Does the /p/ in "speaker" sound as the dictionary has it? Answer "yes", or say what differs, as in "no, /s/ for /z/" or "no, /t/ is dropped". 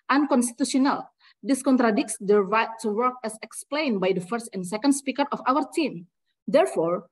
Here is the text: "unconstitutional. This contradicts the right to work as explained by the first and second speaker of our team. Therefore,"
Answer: yes